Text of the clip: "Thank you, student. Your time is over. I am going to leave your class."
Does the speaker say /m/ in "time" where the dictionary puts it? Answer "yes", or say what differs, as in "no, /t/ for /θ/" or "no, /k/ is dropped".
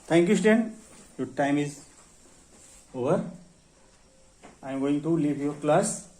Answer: yes